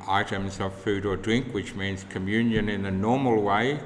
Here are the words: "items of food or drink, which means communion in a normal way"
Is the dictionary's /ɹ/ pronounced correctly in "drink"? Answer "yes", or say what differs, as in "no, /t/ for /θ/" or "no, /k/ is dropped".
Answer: yes